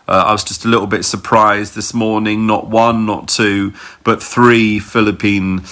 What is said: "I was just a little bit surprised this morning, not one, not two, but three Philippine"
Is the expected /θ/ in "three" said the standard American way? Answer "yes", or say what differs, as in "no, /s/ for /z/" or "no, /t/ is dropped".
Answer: yes